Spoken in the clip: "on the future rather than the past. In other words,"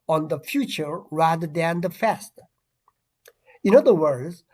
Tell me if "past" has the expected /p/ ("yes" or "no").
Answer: no